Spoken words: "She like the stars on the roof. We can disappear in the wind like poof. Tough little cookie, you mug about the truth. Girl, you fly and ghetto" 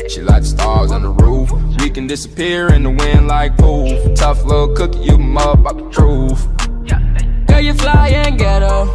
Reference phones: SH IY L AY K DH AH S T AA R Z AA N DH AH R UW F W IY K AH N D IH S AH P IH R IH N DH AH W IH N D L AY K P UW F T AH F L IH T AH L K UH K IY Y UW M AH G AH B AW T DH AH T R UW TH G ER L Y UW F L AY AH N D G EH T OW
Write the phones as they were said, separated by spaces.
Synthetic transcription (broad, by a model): SH IY L AY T S T AA R Z N DH AH R UW F W IY K AH N D IH S AH P IH R IH N DH AH W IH N L AY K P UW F T AH F L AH K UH K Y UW M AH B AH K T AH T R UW F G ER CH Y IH F L AY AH N G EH T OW